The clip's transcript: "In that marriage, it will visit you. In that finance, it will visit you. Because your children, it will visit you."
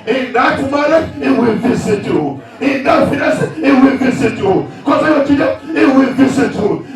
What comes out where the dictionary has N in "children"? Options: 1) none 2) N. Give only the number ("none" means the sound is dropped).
1